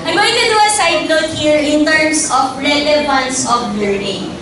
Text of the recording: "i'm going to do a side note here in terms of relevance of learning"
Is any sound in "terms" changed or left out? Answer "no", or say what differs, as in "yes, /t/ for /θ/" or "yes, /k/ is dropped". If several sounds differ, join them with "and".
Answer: yes, /s/ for /z/